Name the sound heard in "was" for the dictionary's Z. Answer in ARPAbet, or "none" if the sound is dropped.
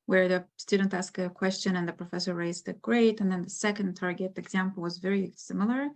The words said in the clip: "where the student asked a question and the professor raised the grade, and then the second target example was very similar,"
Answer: Z